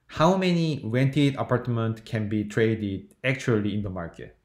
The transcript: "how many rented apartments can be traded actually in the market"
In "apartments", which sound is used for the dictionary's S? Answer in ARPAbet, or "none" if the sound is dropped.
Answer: none